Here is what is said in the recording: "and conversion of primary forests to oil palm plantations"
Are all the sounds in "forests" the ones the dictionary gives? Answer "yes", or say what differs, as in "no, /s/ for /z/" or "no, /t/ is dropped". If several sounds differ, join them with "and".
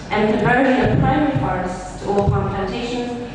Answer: no, /p/ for /f/